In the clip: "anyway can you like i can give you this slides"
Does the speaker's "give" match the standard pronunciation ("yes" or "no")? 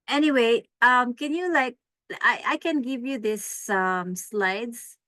yes